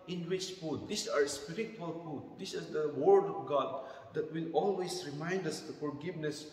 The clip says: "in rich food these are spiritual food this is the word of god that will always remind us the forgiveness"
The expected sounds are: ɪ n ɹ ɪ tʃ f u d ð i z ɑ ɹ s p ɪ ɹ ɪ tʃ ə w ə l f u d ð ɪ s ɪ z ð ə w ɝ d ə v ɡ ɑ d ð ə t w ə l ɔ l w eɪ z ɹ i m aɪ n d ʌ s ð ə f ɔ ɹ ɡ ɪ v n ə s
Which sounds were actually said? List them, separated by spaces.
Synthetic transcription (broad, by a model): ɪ n w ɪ tʃ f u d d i s ɑ ɹ s p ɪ ɹ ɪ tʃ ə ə l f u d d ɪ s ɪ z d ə w ɝ d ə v ɡ ɑ d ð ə t w ə l ɔ l w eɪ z ɹ i m aɪ n d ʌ s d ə f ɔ ɹ ɡ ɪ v n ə s